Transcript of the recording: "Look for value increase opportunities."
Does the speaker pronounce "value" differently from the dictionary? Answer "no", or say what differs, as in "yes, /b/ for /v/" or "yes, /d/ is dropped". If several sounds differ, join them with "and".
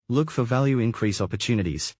no